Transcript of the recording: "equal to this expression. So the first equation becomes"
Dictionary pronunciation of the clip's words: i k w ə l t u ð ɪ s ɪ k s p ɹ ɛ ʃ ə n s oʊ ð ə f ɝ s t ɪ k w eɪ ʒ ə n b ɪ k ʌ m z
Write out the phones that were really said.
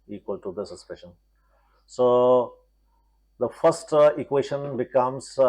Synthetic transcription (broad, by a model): i k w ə l t u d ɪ s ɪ s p ɪ ʃ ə n s oʊ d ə f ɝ s t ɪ k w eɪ ʃ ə n b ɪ k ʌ m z